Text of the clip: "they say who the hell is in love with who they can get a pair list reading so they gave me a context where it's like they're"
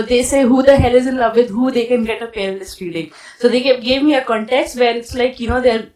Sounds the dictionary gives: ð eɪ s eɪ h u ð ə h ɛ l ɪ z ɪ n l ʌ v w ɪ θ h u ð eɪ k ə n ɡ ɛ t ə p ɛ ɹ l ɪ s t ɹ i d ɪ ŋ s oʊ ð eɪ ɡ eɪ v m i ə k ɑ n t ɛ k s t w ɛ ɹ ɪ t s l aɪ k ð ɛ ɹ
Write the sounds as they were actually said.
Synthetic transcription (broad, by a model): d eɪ s eɪ h u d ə h ɛ l ɪ z ɪ n l ʌ v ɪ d h u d eɪ k ə n ɡ ɛ t ə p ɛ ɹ n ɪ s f i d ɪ ŋ s oʊ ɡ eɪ ɡ eɪ v m i ə k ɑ n t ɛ k s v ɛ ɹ ɪ t s l aɪ k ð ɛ ɹ